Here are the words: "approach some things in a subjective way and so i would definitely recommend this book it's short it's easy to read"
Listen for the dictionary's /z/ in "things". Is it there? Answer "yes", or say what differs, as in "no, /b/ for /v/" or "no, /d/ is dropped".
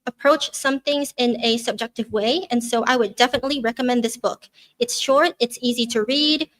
yes